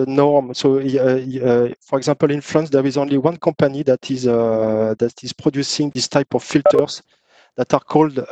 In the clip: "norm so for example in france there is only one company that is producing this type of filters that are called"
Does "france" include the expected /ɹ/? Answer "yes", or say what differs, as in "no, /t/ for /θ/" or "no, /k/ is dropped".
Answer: no, /l/ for /ɹ/